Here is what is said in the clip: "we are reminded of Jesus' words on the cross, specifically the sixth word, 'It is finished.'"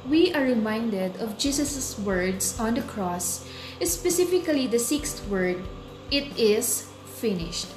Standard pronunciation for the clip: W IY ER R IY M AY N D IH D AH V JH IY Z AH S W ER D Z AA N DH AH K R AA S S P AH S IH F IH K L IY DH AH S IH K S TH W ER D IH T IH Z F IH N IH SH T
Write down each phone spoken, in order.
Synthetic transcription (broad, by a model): W IY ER R IY M AY N D IH D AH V JH IY S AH S W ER D S AA N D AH K R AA S S P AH S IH F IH K L IY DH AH S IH K S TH W ER D IH T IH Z F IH N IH SH T